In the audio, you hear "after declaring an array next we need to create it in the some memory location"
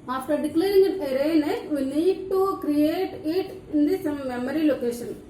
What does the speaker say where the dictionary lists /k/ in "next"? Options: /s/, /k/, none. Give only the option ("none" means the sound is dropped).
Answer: none